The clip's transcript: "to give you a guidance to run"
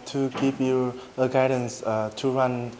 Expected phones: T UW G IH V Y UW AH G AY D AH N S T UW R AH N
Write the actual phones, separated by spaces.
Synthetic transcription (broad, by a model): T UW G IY P Y UW AH G AY D AH N S T UW R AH N